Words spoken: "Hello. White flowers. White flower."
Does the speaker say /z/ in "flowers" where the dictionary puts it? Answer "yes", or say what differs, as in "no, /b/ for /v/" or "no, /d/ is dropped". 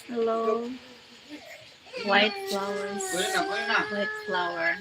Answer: no, /z/ is dropped